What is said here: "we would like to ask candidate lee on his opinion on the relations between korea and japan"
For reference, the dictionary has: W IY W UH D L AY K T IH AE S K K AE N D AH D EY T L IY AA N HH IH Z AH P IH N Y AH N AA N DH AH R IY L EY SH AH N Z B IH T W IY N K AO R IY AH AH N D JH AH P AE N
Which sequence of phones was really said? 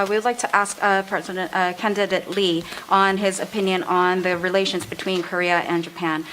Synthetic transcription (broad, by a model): W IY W D L AY K T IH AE S K K AE N D AH D EY T L IY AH N IH Z AH P IH N Y AH N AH N DH AH R IY L EY SH AH N Z B IH T W IY N K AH R IY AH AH N JH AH P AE N